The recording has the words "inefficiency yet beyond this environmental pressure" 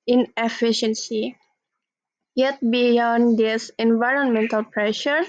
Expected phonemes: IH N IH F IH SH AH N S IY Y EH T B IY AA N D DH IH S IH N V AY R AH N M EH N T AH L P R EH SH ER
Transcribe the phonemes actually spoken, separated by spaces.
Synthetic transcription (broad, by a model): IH N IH F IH SH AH N S IY Y EH T B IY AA N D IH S IH N V AY R AH N M EH N T AH L P R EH SH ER